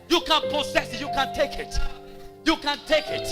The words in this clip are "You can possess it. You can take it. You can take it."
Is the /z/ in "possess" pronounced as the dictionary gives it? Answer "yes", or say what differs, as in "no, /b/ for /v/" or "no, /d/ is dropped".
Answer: no, /s/ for /z/